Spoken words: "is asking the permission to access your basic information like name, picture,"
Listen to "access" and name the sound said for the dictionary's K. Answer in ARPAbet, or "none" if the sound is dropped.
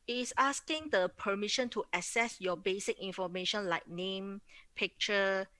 none